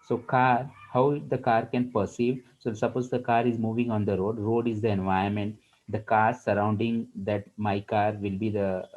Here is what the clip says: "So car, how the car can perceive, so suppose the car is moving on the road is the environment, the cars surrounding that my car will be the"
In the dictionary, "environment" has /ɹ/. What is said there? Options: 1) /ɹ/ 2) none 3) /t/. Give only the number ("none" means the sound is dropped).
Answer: 2